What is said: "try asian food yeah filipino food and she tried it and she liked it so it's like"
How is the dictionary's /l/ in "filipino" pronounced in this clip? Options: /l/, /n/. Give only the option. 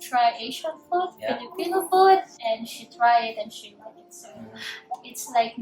/n/